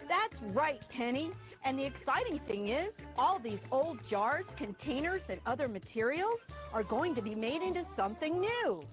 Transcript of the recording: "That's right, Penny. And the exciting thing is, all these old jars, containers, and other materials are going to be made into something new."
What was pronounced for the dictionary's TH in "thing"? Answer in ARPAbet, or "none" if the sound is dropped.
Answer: TH